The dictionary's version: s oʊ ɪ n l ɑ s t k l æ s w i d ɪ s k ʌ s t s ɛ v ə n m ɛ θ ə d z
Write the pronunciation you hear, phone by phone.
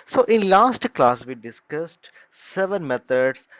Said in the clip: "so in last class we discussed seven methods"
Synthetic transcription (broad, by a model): s oʊ ɪ n l ɑ s t k l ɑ s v i d ɪ s k ʌ s t s ɛ v ə n m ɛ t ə d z